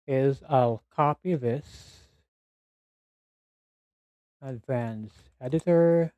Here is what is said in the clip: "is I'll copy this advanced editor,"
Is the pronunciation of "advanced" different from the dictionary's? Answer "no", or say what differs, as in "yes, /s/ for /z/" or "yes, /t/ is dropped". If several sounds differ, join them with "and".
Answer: yes, /t/ is dropped